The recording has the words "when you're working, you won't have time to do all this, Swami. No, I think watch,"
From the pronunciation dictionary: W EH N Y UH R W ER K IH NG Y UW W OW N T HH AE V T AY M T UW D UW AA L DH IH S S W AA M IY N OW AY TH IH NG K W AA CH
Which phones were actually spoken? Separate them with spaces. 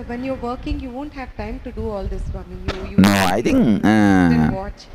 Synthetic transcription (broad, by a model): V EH N Y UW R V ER K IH NG Y UW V OW N T HH AE V T AY M T UW D UW AA L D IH S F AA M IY N OW AY T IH NG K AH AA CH